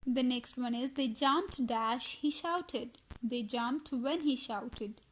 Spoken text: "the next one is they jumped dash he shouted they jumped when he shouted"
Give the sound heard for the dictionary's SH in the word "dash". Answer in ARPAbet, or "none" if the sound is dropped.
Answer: SH